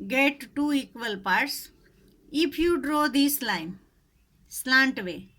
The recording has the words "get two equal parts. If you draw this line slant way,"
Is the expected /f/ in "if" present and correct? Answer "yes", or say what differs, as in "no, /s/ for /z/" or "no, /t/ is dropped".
no, /p/ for /f/